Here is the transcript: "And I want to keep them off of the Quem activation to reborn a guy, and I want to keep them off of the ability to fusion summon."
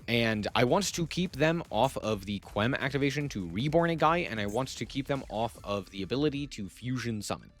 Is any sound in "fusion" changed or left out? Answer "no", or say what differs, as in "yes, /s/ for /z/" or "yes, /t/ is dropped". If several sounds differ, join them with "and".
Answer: no